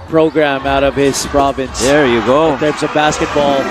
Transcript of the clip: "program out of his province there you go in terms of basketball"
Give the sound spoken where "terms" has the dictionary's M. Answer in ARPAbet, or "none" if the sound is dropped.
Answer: none